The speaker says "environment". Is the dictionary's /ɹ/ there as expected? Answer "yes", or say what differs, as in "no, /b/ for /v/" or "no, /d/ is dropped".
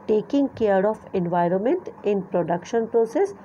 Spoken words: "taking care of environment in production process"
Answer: yes